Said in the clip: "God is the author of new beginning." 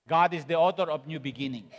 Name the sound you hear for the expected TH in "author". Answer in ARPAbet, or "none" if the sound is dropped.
T